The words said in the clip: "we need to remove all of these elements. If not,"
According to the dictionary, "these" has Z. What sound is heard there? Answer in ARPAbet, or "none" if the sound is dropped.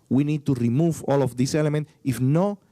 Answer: S